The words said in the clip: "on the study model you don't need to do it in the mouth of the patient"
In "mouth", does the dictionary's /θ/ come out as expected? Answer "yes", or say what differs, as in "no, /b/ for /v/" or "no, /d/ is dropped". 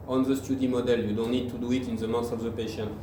no, /s/ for /θ/